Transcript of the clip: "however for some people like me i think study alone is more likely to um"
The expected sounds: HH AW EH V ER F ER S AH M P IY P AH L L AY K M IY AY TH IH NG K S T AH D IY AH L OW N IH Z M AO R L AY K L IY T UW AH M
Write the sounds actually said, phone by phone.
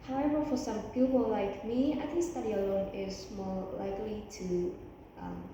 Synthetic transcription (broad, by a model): HH AW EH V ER F ER S AH M P IY P AH L L AY K M IY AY T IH S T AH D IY AH L OW N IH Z M AO R L AY K L IY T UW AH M